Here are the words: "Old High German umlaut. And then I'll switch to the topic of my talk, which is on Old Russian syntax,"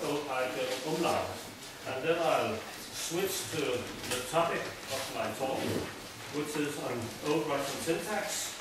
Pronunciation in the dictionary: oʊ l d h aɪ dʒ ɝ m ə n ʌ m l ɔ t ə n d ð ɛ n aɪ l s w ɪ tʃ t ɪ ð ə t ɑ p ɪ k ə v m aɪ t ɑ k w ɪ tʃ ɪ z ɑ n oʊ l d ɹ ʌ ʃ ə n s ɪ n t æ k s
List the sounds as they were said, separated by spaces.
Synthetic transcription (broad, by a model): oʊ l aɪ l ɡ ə ʌ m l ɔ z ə n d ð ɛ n aɪ l s w ɪ tʃ t ɪ ð ə t ɑ p ɪ k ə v m aɪ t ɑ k w ɪ tʃ ɪ z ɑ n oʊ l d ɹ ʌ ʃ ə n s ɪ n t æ k s